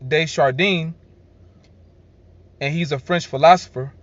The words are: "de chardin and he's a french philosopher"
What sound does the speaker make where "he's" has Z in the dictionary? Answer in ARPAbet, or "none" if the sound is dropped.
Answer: Z